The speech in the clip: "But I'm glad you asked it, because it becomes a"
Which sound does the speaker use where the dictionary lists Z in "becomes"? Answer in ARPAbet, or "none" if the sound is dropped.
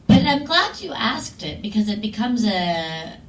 Z